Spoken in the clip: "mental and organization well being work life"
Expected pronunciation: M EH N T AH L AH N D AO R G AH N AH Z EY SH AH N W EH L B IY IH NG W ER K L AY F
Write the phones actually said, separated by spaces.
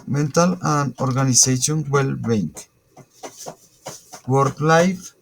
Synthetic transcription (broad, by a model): M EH N T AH L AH N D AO R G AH N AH S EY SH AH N W EH L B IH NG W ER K L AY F